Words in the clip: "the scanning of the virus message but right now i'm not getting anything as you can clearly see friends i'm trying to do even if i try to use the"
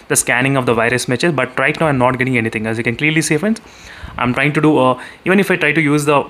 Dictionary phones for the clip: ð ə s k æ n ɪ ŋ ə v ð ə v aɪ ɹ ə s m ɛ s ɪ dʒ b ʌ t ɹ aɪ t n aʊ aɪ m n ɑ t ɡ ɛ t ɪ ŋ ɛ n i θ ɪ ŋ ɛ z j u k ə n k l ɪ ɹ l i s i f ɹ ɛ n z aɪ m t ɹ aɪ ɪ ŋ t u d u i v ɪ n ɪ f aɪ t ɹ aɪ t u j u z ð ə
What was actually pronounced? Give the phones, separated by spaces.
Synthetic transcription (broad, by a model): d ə s k æ n ɪ ŋ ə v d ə v aɪ ɹ ə s m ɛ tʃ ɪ z b ʌ t ɹ aɪ t n aʊ aɪ m n ɑ t ɡ ɛ t ɪ ŋ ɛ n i t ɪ ŋ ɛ s j u k ə n k l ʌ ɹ l i s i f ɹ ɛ n s aɪ m t ɹ aɪ ɪ ŋ t u d u i v ɪ n ɪ f aɪ t ɹ aɪ t u j u z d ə